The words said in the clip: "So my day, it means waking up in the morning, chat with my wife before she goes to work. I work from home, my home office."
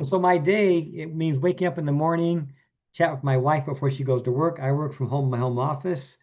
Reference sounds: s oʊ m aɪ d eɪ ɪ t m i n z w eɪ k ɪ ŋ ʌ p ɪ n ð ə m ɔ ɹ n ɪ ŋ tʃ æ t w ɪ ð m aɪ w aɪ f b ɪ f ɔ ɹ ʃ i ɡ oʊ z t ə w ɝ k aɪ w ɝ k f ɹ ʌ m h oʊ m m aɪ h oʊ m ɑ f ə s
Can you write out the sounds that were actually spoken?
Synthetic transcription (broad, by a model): s oʊ m aɪ d eɪ ɪ t m i n z w eɪ k ɪ ŋ ʌ p ɪ n ð ə m ɔ ɹ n ɪ ŋ tʃ æ t w ɪ ð m aɪ w aɪ f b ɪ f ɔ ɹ ʃ i ɡ oʊ z t ə w ɝ k aɪ w ɝ k f ɹ ʌ m h oʊ m m aɪ h oʊ m ɑ f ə s